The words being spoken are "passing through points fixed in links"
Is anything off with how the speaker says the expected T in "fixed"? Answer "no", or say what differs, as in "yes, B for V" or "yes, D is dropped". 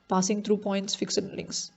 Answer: yes, T is dropped